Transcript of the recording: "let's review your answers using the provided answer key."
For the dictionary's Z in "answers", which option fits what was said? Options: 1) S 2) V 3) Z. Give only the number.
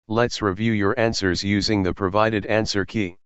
3